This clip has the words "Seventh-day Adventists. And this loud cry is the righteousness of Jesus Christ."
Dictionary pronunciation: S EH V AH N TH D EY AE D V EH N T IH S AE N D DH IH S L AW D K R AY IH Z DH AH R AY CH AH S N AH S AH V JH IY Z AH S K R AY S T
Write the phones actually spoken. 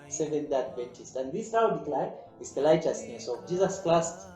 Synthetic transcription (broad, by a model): S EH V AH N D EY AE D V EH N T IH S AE N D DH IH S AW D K L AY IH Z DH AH L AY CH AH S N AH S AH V JH IY Z AH S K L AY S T